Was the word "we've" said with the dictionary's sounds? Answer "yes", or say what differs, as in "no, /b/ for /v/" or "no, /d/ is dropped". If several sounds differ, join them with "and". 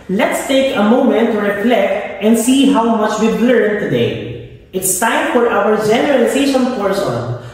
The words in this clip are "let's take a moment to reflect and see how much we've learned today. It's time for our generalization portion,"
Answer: no, /b/ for /v/